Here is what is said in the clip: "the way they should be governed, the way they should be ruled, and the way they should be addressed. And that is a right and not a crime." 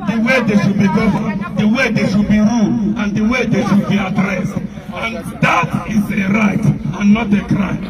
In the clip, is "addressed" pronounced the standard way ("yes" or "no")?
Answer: yes